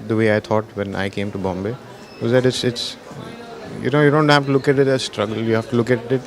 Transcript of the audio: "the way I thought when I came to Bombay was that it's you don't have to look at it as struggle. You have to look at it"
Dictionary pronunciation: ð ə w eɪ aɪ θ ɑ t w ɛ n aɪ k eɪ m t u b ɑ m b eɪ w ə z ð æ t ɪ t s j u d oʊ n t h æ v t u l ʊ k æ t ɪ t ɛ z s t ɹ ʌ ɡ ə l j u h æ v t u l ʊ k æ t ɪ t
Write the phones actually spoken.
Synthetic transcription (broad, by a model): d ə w eɪ aɪ t ɑ t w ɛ n aɪ k eɪ m t u b ɑ m b eɪ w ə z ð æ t ɪ t s j u d oʊ n t h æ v t u l ʊ k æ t ɪ t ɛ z s t ɹ ʌ ɡ ə l j u h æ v t u l ʊ k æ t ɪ t